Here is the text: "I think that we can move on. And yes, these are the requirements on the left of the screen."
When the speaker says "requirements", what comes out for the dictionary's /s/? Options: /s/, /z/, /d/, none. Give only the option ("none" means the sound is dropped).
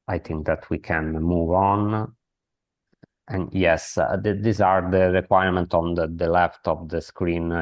none